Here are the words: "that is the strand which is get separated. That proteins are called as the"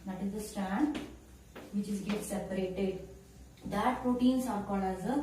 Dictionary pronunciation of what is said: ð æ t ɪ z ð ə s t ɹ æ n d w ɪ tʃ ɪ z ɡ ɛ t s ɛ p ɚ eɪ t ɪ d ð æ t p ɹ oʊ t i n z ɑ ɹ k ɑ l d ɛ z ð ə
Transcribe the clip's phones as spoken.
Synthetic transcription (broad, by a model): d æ t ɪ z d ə s t æ n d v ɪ tʃ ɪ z ɡ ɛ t s ɛ p ɚ eɪ t ɪ d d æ t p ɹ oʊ t i n s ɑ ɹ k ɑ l ɛ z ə